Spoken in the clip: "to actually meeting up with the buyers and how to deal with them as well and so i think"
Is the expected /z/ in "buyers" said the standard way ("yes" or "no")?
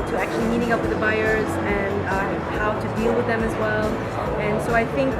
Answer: yes